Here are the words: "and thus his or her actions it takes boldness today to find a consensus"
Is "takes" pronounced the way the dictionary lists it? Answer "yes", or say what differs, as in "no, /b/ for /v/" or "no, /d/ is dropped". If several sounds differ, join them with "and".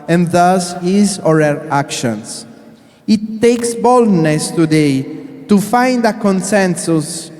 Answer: yes